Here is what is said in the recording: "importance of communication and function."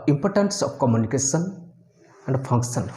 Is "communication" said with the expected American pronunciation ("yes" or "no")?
no